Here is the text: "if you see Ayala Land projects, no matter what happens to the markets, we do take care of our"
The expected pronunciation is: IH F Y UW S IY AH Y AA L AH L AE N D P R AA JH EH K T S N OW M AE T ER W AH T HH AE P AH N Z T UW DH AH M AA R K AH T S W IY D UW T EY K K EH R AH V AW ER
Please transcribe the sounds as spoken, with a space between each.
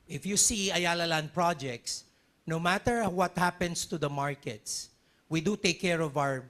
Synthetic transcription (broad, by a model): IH F Y UW S IY AH Y AA L AH L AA N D P R AA JH EH K T S N OW M AE T ER W AH T HH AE P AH N S T UW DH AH M AA R K AH T S W IY D UW T EY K K EH R AH V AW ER